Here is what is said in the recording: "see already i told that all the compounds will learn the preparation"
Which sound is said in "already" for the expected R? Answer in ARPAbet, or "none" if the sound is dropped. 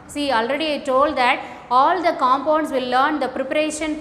R